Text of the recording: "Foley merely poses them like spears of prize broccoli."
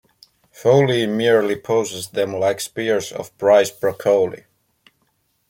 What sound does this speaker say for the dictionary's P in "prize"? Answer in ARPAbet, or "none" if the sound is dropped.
B